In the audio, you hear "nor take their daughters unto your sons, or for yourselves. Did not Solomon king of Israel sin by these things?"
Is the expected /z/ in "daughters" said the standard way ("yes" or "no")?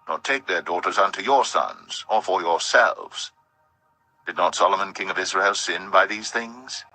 yes